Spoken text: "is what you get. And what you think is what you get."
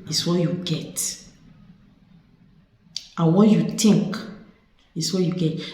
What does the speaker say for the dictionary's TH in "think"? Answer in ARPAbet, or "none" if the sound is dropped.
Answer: T